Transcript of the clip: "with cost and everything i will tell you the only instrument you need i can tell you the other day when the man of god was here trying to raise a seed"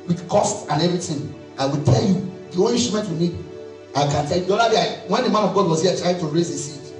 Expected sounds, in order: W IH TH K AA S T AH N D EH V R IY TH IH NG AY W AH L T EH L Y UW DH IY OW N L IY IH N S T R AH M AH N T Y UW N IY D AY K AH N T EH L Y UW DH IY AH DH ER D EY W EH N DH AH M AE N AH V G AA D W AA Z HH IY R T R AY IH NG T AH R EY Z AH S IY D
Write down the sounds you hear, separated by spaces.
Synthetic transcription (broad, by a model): W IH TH K AA S T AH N EH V R IY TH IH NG AY W AH L T EH L Y UW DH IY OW L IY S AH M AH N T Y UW N IY D AY K AH N T EH L Y UW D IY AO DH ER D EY W EH N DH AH M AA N AH V G AA D W AA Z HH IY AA T R AY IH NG T AH R EY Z AH S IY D